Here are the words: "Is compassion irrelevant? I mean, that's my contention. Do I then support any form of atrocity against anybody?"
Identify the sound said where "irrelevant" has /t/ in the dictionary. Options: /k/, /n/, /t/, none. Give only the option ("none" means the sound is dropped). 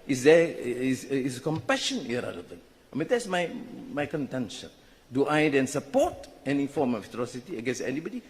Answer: none